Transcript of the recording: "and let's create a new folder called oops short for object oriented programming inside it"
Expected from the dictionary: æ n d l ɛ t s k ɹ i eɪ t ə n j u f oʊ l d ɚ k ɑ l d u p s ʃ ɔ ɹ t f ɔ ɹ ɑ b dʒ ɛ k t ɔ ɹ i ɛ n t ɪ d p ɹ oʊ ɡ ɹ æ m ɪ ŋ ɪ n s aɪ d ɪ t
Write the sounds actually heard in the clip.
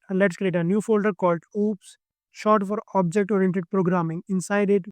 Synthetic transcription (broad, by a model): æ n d l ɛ t s k ɹ i eɪ t ə n j u f oʊ l d ɚ k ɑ l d u p s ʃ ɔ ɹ t f ɔ ɹ ɑ b dʒ ɛ k t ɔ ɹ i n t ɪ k p ɹ oʊ ɡ ɹ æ m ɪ ŋ ɪ n s aɪ d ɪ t